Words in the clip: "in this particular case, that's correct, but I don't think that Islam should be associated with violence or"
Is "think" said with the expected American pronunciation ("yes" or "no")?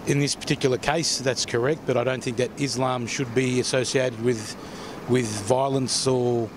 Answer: yes